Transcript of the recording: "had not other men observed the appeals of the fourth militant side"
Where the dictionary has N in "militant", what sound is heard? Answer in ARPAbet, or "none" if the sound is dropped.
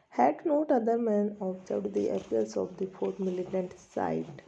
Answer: N